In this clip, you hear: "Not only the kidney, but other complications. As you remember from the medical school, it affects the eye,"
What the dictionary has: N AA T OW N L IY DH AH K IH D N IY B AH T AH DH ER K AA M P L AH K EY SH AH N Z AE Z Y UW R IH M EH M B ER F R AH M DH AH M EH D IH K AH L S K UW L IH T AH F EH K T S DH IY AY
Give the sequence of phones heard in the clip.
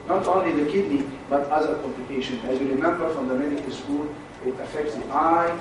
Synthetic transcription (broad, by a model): N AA T OW N L IY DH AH K IH D N IY B AH T AH DH ER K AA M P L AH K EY SH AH N AE Z Y UW R IH M EH M B ER F R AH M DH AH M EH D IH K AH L S K UW L IH T AH F EH K T S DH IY AY